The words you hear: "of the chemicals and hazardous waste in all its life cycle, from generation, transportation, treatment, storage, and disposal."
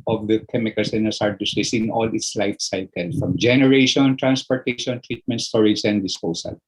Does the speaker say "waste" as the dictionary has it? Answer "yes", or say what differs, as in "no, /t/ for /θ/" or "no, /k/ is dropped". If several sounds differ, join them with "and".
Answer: no, /t/ is dropped